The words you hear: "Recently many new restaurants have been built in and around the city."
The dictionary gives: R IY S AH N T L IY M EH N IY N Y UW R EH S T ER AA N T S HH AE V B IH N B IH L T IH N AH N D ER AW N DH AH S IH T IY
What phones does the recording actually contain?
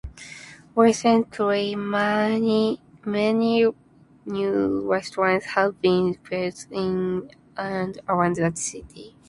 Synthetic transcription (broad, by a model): W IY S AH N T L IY M EH N IY N Y UW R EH S T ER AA N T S HH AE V B IH N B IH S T IH N AH N D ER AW N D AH S IH T IY